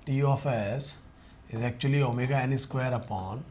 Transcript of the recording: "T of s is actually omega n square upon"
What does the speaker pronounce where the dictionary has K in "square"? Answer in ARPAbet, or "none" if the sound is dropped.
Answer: K